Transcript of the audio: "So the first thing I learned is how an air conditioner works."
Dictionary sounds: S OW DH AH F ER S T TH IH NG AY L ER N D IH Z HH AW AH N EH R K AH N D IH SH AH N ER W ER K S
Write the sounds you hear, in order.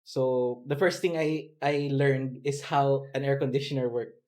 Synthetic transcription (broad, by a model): S OW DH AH F ER S T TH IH NG AY L ER N D IH S HH AW AH N EH R K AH N D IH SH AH N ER W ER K